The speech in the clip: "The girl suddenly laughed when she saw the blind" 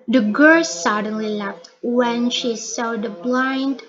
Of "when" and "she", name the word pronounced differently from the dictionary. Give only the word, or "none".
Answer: none